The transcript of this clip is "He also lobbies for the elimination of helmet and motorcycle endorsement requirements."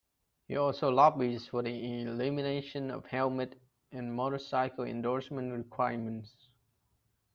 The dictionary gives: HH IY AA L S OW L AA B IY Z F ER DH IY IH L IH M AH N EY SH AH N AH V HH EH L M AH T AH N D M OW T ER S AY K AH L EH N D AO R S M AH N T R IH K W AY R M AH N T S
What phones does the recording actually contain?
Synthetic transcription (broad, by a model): HH IY AA L S OW L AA B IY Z F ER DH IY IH L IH M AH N EY SH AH N AH V HH EH L M AH T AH N M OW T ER S AY K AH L EH N D AO R S M AH N T R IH K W AY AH M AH N T S